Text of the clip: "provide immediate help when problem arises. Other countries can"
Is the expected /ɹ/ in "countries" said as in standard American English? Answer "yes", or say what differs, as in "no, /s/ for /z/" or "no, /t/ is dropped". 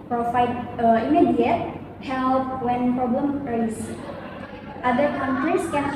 no, /ɹ/ is dropped